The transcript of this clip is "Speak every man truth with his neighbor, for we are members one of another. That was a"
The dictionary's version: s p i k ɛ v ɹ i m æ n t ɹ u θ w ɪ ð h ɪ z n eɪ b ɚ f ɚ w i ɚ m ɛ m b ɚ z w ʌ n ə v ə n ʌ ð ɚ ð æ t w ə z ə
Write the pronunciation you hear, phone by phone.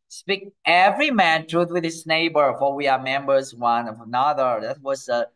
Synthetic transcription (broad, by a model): s p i k ɛ v ɹ i m æ n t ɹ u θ w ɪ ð h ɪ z n eɪ b ɚ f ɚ w i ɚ m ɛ m b ɚ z w ʌ n ə v ə n ʌ ð ɚ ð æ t w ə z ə